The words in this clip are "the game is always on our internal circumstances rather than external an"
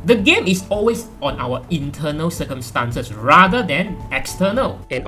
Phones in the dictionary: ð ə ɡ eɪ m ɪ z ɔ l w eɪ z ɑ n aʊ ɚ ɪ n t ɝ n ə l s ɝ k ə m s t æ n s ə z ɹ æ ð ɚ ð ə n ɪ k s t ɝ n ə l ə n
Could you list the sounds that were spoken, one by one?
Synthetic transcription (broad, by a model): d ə ɡ eɪ m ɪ s ɔ l w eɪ s ɑ n aʊ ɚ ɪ n t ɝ n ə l s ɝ k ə m s t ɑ n s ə s ɹ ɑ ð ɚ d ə n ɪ k s t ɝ n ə l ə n